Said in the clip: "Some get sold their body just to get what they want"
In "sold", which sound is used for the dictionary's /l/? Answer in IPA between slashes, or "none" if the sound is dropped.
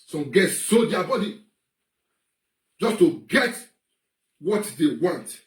none